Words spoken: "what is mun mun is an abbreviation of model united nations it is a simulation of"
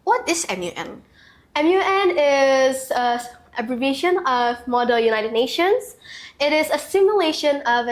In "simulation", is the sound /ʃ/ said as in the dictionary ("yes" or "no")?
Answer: yes